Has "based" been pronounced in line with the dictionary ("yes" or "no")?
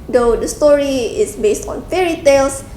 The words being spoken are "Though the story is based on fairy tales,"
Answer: yes